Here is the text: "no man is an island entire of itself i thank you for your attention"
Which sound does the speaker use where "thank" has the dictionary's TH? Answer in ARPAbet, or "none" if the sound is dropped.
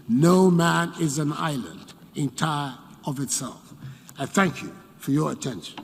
TH